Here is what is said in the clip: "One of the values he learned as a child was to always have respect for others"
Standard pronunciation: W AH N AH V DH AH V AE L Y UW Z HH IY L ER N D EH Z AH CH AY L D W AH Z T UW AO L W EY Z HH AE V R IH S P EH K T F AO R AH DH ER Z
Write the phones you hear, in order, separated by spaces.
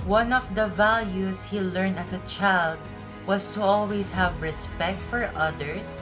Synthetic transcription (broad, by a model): W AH N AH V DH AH V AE L Y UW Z HH IY L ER N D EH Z AH CH AY L D W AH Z T UW AO L W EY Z HH AE V R IH S P EH K T F AO R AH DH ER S